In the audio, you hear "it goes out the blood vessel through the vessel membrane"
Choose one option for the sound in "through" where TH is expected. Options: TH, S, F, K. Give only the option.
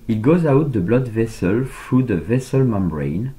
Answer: F